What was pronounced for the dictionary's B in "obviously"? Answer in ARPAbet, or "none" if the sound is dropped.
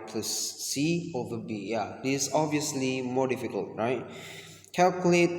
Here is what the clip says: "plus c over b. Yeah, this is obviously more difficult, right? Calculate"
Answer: B